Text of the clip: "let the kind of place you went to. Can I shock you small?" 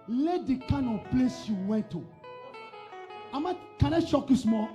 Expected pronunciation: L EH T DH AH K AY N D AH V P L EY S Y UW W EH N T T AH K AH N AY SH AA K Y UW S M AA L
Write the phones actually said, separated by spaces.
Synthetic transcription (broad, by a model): L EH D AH K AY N AH P L EY S Y UW W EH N T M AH K AH N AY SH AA K Y UW S M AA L